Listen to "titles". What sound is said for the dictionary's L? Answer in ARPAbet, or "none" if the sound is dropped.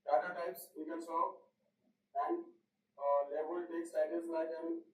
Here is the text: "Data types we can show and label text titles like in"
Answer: none